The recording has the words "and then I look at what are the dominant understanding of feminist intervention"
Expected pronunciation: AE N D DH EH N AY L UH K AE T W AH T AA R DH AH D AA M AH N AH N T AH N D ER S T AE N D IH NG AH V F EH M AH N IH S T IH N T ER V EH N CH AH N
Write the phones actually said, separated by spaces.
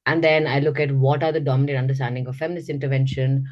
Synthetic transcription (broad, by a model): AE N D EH N AY L UH K AE T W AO T AA R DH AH D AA M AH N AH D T AH N D ER S T AE N D IH NG AH V F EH M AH N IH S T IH N T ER V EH N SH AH N